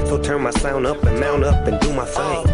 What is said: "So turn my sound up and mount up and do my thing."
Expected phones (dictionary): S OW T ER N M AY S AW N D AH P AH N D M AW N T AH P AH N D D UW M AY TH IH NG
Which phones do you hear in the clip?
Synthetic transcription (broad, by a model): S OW T ER N M AY S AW N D AH P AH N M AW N AH P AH N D D UW M AY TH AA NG